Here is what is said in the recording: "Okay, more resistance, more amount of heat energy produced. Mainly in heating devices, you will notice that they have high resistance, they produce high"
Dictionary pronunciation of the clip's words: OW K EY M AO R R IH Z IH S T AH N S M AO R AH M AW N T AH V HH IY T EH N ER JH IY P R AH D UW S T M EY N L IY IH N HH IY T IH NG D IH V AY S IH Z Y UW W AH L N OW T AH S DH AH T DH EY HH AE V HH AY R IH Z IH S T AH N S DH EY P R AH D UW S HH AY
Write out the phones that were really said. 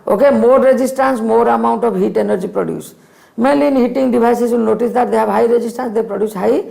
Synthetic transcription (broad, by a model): OW K EY M AO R R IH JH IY S T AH N S M AO R AH M AW N T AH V HH IY T EH N ER JH IY P R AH D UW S M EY L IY N HH IY T IH NG D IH B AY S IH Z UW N N OW T AH S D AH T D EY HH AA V HH AY R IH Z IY S T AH N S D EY P R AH D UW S HH AY